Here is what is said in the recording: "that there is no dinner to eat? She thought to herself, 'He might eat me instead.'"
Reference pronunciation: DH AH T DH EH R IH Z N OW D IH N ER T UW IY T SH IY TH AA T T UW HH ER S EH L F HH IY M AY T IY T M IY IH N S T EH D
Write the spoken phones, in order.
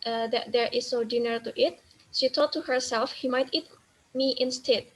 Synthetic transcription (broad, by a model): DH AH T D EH R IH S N OW D IH N ER T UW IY T SH IY T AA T T UW HH ER S EH L F HH IY M AY T IY T M IY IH N S T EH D